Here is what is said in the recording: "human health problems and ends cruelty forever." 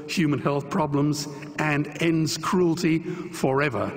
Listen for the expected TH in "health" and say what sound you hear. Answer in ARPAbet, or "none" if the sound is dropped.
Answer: TH